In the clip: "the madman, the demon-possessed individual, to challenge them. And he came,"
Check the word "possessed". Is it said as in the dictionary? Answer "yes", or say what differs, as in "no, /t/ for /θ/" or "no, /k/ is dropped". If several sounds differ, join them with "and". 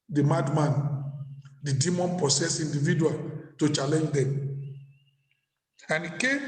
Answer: no, /s/ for /z/ and /t/ is dropped